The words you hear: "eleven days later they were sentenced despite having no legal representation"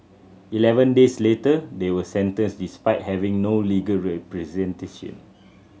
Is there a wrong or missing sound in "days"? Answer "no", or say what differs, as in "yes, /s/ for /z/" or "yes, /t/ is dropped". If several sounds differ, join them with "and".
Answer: yes, /s/ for /z/